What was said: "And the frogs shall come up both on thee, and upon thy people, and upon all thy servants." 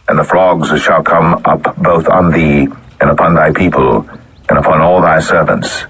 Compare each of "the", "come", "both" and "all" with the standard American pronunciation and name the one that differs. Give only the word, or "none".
none